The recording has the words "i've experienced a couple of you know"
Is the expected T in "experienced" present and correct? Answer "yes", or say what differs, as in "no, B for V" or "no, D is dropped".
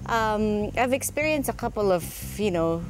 yes